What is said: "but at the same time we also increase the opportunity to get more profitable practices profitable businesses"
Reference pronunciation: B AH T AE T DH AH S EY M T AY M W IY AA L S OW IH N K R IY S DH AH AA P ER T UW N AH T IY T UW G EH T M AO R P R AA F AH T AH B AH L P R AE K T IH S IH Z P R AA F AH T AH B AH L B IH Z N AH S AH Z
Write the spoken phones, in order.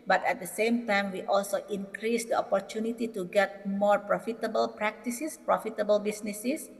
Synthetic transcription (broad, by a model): B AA T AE T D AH S EY M T AY M W IY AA L S OW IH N K R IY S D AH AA P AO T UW N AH T IY T UW G EH T M AO R P R AA F AH T AH B AH L P R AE K T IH S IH S P R AA F AH T AH B AH L B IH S N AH S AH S